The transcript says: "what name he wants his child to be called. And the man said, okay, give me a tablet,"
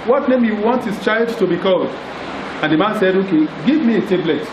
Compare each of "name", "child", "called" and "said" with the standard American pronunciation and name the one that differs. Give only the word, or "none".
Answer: none